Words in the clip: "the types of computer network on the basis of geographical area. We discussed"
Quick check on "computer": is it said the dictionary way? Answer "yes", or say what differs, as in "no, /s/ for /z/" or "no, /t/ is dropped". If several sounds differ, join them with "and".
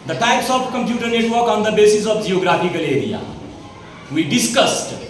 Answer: yes